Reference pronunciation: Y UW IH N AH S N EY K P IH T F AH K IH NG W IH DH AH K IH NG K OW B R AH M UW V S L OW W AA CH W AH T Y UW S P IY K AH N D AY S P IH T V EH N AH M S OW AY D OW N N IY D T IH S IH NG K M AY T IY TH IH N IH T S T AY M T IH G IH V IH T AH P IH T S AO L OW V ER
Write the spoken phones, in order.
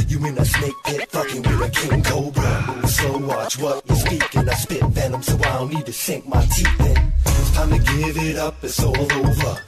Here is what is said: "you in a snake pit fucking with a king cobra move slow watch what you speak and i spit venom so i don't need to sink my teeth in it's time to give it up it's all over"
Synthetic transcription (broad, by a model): Y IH IH N AH S N EY K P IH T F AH K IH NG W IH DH AH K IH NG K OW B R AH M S OW W AA CH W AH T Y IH S P IY K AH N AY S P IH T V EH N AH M S OW AY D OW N N IY D T IH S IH NG K M AY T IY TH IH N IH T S T AY M T IH G IH V IH T AH P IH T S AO L OW V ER